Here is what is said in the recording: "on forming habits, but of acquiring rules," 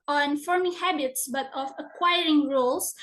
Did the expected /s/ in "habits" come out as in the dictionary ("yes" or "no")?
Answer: yes